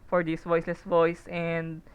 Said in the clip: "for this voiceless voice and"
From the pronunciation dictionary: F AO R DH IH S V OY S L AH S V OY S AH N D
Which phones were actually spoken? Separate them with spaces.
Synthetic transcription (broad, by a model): F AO R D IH S V OY S L AH S V OY S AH N D